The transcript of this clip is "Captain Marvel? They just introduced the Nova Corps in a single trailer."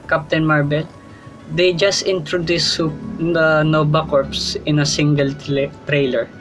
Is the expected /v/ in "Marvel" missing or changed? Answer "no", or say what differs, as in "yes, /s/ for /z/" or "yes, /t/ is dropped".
yes, /b/ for /v/